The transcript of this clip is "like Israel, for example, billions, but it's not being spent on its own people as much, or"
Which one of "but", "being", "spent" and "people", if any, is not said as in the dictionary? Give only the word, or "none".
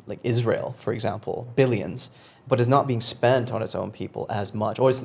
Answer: none